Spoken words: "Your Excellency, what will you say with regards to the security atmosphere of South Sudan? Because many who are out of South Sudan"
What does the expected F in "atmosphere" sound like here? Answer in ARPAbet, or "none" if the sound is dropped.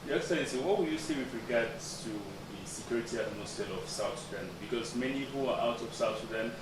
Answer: none